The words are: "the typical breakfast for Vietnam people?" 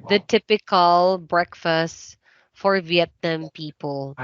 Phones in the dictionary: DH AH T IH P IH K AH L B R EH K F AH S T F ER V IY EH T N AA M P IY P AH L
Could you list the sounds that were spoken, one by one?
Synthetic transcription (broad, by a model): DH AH T IH P IH K AH L B R EH K F AH S T F ER V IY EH T N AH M P IY P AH L